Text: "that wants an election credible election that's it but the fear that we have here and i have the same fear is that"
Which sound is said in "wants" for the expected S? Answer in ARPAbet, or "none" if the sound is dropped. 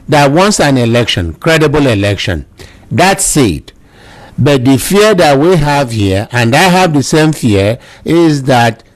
S